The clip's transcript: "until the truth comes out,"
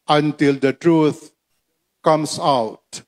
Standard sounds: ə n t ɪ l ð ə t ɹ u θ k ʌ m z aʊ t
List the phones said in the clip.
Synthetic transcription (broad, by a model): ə n t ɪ l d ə t ɹ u t k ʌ m s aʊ t